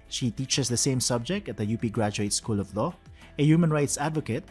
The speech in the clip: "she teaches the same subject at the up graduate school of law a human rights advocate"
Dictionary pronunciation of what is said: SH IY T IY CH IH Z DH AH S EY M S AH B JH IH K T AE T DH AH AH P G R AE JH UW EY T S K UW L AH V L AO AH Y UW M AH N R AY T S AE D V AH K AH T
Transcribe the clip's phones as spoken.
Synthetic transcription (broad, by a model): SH IY T IY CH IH S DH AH S EY M S AH B JH IH K T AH T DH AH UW P G R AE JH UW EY T S K UW L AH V L AO AH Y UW M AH N R AY T S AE D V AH K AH T